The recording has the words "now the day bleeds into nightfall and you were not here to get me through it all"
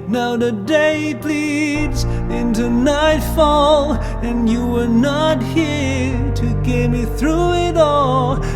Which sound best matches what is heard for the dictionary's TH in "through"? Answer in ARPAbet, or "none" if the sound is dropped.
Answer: TH